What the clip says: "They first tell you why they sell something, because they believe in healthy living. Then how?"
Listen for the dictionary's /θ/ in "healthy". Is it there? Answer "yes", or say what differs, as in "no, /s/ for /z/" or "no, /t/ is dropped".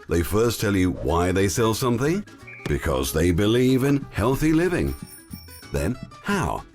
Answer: yes